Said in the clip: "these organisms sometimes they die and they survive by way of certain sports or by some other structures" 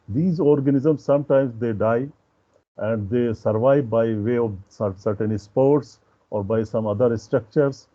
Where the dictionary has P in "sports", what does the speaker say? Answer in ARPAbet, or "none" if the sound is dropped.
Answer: P